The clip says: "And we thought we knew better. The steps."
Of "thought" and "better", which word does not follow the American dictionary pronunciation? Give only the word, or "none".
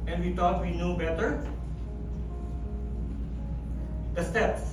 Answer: thought